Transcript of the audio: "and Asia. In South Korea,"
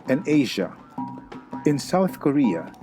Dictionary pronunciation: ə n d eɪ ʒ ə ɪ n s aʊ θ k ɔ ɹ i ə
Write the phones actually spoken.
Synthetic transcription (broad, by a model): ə n eɪ ʒ ə ɪ n s aʊ θ k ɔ ɹ i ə